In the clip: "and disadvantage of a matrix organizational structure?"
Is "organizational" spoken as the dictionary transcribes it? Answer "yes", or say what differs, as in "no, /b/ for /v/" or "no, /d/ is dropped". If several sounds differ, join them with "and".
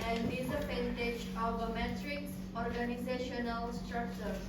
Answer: yes